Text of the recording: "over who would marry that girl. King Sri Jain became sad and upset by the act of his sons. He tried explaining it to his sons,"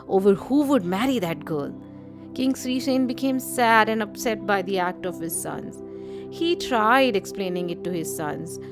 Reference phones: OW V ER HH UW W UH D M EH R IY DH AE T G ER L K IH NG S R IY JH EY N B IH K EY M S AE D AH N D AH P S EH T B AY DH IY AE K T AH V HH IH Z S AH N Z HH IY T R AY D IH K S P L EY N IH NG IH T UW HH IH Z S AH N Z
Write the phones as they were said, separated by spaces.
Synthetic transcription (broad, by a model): OW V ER HH UW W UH D M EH R IY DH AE T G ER L K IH NG S R IY SH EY N B IH K EY M S AE D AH N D AH P S EH T B AY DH IY AE K T AH V HH IH Z S AH N Z HH IY T R AY D IH K S P L EY N IH NG IH T UW HH IH Z S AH N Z